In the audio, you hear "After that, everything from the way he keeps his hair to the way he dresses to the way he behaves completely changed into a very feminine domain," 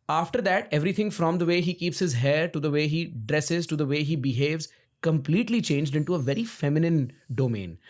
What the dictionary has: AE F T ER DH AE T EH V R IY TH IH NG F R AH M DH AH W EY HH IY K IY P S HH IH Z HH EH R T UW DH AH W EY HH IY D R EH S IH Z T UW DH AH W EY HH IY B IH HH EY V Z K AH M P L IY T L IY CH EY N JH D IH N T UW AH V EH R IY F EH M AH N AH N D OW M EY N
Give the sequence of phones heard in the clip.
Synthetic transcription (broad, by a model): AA F T ER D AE T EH V R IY T IH NG F R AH M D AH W EY HH IY K IY P S HH IH Z HH EH R T UW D AH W EY HH IY D R EH S IH Z T UW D AH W EY HH IY B IH HH EY V Z K AH M P L IY T L IY CH EY N JH D IH N T UW AH V EH R IY F EH M AH N AH N D OW M EY N